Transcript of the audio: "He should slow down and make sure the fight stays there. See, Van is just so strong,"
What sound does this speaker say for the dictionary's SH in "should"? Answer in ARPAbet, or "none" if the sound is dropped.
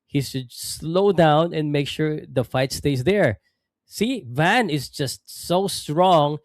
S